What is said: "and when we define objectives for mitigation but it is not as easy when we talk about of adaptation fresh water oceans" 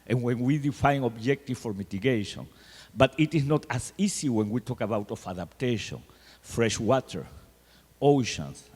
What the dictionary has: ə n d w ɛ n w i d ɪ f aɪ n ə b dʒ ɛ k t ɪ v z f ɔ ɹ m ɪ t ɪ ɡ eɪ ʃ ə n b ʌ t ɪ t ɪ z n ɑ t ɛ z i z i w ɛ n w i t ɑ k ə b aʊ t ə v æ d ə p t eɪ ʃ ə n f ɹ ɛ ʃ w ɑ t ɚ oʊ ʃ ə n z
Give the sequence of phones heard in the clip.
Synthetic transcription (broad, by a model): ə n w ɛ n w i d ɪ f aɪ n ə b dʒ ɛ k t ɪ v f ɔ ɹ m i t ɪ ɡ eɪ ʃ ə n b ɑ t ɪ t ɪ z n ɑ t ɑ s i s i w ɛ n w i t ɑ k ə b aʊ t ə f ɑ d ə p t eɪ ʃ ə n f ɹ ɛ ʃ w ɑ t ɚ oʊ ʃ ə n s